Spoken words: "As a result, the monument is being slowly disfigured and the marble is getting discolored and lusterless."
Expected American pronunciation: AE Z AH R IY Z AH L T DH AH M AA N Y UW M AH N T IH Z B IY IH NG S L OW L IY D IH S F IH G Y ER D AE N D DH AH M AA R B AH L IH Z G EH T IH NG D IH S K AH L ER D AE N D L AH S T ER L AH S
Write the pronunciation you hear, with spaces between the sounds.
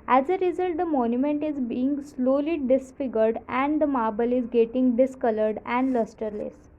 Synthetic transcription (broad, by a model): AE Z AH R IY Z AH L T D AH M AA N Y UW M AH N T IH Z B IY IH NG S L OW L IY D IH S F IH G ER D AE N D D AH M AA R B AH L IH Z G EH T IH NG D IH S K AH L ER D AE N D L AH S T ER L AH S